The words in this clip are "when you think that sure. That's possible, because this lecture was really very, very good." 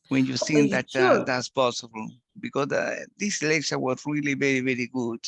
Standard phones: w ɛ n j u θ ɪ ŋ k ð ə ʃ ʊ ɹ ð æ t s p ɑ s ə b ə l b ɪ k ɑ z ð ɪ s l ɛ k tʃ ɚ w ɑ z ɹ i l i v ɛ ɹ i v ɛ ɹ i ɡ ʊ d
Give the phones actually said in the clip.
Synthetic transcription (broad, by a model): w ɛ n j u s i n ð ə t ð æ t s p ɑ s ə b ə l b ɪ k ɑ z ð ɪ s l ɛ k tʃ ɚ w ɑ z ɹ i l i v ɛ ɹ i v ɛ ɹ i ɡ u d